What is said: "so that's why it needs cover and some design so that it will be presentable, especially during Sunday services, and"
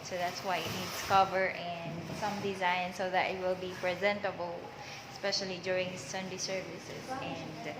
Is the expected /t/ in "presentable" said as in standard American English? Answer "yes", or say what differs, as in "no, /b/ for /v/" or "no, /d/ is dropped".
yes